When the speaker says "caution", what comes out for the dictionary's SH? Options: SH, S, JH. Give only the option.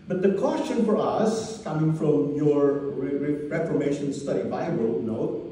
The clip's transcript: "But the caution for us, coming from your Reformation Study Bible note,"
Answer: S